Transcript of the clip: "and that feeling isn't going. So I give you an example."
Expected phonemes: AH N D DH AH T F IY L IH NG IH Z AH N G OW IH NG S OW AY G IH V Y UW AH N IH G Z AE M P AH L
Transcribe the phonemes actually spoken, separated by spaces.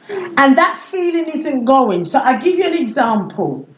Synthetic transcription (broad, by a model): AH N DH AH T F IY L IH NG IH Z AH N G OW IH NG S OW AY G IH V Y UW AH N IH G Z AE M P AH L